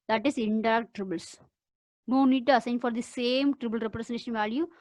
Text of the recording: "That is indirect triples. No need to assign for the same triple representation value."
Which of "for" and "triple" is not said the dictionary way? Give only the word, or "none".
triple